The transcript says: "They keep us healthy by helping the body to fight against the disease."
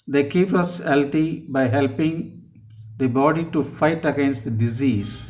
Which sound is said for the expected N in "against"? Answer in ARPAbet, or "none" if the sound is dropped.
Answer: N